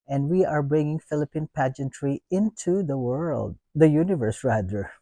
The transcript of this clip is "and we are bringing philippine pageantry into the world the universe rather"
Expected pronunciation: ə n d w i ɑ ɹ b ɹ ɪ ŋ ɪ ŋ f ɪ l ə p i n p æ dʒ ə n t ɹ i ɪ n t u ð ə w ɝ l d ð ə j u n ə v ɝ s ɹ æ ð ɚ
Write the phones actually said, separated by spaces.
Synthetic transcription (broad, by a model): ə n d w i ɑ ɹ b ɹ ɪ ŋ ɪ ŋ f ɪ l ə p i n p æ dʒ ə n t ɹ i ɪ n t u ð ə w ɝ l d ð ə j u n ə v ɝ s ɹ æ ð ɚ